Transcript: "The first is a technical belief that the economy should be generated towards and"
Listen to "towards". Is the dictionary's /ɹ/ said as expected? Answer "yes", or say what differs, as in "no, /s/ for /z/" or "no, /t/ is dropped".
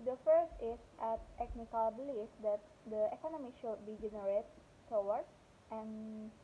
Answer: no, /w/ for /ɹ/